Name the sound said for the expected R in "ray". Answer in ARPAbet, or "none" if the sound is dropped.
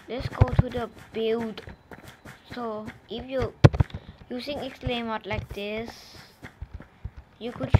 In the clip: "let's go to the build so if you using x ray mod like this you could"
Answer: L